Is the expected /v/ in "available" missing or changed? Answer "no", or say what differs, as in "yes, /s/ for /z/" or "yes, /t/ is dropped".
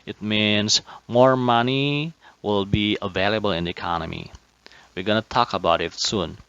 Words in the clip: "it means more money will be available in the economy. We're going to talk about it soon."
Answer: no